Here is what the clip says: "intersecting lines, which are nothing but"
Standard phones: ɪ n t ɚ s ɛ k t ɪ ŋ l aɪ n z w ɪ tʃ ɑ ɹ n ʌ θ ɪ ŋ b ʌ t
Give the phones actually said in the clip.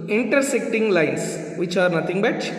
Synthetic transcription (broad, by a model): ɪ n t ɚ s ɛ k t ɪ ŋ l aɪ n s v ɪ tʃ ɑ ɹ n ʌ t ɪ ŋ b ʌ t